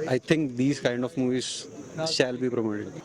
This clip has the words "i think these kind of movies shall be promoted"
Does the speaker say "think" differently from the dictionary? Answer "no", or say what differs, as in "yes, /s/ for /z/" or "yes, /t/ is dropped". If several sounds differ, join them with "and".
yes, /t/ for /θ/